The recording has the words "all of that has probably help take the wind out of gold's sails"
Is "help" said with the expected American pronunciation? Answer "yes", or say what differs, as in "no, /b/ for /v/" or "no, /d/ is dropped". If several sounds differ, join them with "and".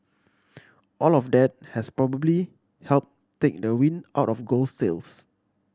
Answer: yes